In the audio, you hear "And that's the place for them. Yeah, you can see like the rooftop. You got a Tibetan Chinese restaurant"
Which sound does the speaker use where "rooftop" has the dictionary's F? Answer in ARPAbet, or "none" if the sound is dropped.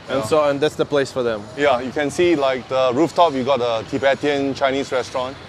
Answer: F